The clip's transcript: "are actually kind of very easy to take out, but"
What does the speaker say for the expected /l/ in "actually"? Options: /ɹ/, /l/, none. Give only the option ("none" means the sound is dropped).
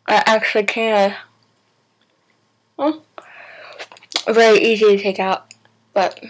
/l/